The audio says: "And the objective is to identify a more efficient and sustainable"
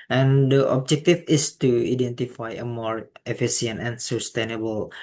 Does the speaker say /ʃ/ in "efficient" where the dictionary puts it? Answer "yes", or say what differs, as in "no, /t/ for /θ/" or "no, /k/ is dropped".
no, /s/ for /ʃ/